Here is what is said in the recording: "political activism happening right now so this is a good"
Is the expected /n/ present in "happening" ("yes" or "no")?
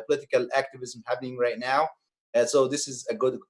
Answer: yes